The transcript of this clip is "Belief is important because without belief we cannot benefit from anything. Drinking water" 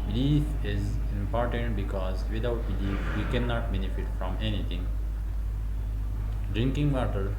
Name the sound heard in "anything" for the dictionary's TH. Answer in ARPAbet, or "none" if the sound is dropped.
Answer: T